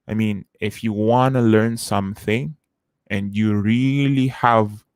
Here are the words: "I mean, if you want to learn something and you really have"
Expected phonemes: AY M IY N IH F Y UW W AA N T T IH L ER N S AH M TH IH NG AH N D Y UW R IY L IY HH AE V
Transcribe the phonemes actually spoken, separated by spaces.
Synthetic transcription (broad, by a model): AY M IY N IH F Y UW W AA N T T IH L ER N S AH M TH IH NG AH N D Y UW R IY L IY HH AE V